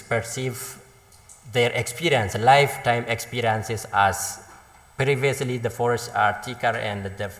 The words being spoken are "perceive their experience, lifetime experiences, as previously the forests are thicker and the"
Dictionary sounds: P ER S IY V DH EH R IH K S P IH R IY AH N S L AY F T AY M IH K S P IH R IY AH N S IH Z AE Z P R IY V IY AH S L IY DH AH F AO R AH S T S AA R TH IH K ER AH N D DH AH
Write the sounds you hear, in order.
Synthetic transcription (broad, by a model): P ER S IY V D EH R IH K S P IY R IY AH N S L AY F T AY M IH K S P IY R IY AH N S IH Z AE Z P R IY V IY AH S L IY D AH F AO R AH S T AA R T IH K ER AH N D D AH